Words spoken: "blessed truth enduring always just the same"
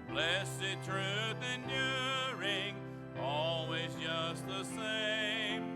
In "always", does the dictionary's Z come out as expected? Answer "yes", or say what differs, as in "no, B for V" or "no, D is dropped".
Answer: yes